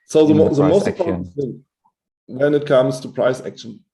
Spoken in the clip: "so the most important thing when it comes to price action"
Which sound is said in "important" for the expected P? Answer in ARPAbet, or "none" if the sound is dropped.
none